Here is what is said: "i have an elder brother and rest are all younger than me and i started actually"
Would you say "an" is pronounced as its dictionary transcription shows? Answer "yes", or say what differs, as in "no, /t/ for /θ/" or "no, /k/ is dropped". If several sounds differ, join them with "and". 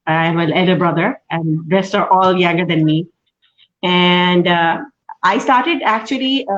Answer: no, /l/ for /n/